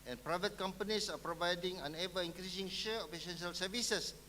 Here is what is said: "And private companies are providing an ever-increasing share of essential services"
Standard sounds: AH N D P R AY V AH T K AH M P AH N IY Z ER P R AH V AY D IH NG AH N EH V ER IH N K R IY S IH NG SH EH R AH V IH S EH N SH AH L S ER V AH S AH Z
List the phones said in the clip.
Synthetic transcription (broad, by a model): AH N P R AY V AH T K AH M P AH N IY S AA P R AH V AY D IH NG AH N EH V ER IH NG K R IY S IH NG SH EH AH P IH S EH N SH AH L S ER V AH S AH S